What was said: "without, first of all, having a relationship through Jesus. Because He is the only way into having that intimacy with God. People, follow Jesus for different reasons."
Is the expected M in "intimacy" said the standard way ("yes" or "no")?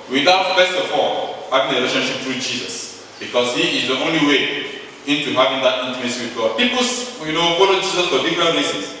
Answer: no